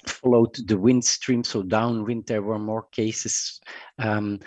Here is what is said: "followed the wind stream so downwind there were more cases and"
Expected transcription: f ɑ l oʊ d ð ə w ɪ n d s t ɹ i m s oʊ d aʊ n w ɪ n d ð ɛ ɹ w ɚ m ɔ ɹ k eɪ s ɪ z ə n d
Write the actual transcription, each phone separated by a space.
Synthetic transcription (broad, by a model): f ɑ l oʊ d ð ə w ɪ n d s t ɹ i m s oʊ d aʊ n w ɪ n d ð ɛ ɹ w ɚ m ɔ ɹ k eɪ ɪ s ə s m